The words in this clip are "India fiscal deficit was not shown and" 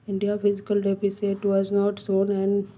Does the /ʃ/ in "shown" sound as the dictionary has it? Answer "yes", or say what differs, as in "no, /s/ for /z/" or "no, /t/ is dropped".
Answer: no, /s/ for /ʃ/